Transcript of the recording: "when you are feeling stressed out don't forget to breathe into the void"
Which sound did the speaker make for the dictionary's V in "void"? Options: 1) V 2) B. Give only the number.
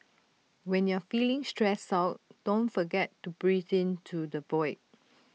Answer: 2